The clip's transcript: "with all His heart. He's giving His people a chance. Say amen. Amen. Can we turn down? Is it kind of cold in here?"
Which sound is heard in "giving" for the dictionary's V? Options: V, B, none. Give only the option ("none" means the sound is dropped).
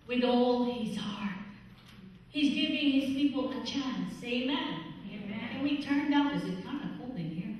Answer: V